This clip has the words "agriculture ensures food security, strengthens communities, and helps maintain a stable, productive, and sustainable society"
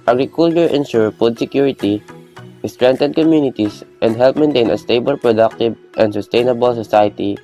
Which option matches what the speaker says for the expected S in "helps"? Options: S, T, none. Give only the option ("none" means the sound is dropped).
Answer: none